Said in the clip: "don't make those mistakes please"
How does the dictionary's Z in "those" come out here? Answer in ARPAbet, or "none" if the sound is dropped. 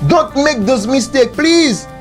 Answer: S